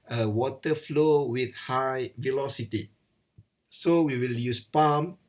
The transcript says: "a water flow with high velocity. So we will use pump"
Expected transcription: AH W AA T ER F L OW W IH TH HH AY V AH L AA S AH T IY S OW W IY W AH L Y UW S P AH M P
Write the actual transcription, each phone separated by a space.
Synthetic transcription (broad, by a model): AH W AA T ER F L OW W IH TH HH AY V AH L AA S AH T IY S OW W IY W AH L Y UW S P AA M